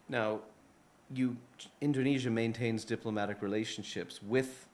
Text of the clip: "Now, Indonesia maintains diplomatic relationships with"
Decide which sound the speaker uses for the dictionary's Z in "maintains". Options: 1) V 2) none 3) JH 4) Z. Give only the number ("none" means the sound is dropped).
4